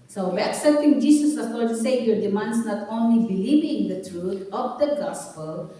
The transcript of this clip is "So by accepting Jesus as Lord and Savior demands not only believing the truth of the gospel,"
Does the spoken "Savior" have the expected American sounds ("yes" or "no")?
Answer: no